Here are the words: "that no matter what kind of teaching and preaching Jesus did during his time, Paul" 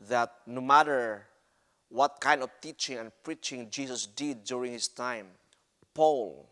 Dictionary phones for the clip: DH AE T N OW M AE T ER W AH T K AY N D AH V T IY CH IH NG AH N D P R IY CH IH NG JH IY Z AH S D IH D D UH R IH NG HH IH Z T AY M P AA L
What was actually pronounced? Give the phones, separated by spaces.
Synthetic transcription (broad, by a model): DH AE T N OW M AE T ER W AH T K AY N D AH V T IY CH IH NG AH N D P R IY CH IH NG JH IY S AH S D IH D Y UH R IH NG HH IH S T AY M P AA L